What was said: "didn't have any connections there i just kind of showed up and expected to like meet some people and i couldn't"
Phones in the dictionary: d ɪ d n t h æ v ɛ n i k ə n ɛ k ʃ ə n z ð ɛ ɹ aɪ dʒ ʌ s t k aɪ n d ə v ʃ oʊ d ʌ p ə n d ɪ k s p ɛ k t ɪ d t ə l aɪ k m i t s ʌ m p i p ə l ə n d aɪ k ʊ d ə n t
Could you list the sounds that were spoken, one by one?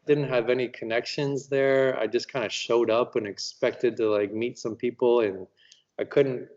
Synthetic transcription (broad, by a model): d ɪ d n t h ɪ v ɛ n i k ə n ɛ k ʃ ə n z ð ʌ ɹ aɪ dʒ ʌ s k aɪ n d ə ʃ oʊ d ʌ p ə n ɪ k s p ɛ k t ɪ d t ə l aɪ k m i t s ʌ m p i p l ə n aɪ k ʊ d n t